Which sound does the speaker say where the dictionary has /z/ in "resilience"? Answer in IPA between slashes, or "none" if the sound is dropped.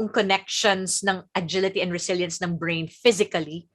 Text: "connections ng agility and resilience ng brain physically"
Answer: /s/